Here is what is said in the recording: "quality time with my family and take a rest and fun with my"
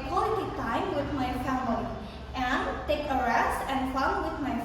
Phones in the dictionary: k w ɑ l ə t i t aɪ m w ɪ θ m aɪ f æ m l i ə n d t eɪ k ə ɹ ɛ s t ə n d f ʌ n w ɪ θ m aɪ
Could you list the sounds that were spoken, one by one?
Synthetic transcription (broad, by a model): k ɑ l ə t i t aɪ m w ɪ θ m aɪ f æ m i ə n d t eɪ k ə ɹ ɛ s t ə n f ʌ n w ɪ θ m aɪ